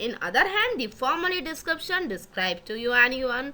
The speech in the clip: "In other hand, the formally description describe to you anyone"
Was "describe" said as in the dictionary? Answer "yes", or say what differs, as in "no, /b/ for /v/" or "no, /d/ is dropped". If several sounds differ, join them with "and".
yes